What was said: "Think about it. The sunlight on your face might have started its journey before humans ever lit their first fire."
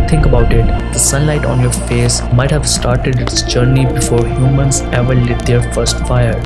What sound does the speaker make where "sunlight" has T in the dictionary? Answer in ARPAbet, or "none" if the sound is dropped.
T